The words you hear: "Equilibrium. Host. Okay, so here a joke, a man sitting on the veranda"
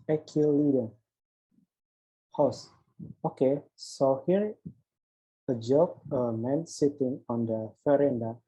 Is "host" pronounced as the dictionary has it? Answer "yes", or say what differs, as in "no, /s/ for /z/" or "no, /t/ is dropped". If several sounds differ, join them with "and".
no, /t/ is dropped